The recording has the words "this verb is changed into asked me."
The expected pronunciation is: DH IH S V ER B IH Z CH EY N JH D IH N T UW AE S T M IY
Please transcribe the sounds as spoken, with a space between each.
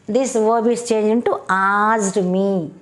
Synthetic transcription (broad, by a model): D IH S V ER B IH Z CH EY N JH IH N T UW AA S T M IY